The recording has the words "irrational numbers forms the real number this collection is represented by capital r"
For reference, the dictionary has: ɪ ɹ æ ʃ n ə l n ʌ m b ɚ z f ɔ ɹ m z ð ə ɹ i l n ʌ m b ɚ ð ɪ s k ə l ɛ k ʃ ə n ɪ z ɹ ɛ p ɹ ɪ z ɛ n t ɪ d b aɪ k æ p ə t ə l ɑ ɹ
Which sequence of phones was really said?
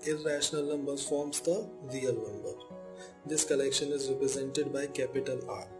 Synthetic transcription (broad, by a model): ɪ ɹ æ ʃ n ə l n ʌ m b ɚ f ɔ ɹ m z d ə ɹ i l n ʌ m b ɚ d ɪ s k ə l ɛ k ʃ ə n ɪ z ɹ ɛ p ɹ ɪ z ɛ n t ɪ d b aɪ k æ p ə t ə l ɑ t